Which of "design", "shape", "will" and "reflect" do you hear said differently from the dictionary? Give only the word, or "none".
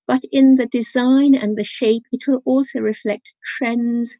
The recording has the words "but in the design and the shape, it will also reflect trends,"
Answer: none